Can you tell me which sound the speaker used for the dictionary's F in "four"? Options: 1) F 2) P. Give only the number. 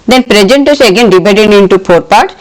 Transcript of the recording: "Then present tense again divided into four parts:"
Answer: 2